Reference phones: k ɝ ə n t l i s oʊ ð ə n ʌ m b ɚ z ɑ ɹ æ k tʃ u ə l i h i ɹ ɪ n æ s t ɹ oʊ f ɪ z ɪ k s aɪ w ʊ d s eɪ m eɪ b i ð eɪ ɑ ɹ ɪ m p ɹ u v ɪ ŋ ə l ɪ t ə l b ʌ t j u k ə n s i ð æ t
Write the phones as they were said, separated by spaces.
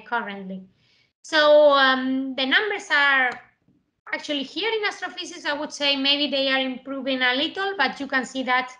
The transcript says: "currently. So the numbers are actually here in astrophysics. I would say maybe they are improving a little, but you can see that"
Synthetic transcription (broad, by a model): k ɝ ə n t l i s oʊ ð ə n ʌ m b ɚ s ɑ ɹ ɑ k tʃ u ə l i h i ɹ ɪ n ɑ s t ɹ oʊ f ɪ s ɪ s aɪ w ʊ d s eɪ m eɪ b i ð eɪ ɑ ɹ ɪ m p ɹ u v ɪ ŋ ə l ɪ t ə l b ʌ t j u k ə n s i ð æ t